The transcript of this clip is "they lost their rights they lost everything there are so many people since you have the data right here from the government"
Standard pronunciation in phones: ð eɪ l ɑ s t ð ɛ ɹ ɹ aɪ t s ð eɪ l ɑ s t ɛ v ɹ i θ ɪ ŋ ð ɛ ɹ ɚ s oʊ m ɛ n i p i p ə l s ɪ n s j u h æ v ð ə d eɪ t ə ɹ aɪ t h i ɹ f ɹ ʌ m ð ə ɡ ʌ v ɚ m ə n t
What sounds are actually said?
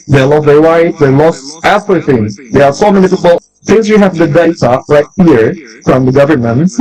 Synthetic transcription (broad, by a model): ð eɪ l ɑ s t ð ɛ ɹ w aɪ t ð eɪ l ɑ s t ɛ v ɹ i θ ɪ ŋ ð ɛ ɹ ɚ s oʊ m ɛ n i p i b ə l θ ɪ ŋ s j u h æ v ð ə d eɪ t ə ɹ aɪ t h i ɹ f ɹ ʌ m ð ə ɡ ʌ v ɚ m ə n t